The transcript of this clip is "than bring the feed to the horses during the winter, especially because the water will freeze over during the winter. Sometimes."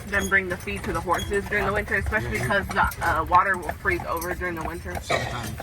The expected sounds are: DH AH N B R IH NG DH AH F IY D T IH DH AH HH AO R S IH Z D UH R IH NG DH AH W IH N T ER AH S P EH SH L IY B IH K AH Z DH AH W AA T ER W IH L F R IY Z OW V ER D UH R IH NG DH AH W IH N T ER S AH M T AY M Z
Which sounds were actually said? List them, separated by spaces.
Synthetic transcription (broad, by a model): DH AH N B R IH NG DH AH F IY D T IH DH AH HH AO R S IH Z D UH R IH NG DH AH W IH N T ER AH S P EH SH L IY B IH K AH Z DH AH W AA T ER W IH L F R IY Z OW V ER D UH R IH NG DH AH W IH N T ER AH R